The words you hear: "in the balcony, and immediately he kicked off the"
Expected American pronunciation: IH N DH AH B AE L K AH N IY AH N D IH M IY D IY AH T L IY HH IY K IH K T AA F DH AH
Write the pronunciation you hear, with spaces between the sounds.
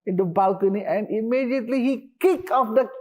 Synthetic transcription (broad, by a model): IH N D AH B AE L K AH N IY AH N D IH M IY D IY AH T L IY HH IY K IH K AA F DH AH